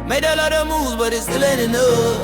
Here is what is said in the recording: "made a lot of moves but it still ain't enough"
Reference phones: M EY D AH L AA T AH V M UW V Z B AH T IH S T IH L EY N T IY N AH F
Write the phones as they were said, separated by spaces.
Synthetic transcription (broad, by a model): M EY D AH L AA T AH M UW Z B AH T IH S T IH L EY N IY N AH